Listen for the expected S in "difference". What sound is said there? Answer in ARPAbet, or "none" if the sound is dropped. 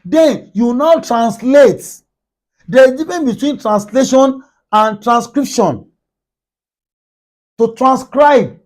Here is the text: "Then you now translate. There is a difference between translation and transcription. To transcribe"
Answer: none